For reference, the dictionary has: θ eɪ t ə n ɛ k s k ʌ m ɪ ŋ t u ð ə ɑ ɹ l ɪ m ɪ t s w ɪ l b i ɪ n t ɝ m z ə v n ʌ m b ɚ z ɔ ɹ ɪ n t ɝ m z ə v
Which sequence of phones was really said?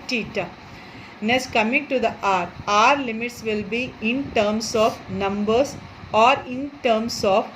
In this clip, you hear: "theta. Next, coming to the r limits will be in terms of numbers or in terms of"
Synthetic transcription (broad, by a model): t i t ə n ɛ s k ʌ m ɪ ŋ t u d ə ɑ ɹ l ɪ m ɪ t s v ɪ l b i ɪ n t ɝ m s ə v n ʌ m b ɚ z ɔ ɹ ɪ n t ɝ m s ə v